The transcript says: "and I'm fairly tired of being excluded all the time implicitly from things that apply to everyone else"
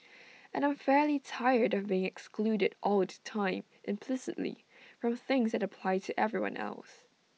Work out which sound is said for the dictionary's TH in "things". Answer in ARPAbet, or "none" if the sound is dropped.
TH